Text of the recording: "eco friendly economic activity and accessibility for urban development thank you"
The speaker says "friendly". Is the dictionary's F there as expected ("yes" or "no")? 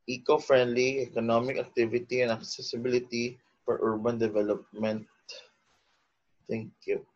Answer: yes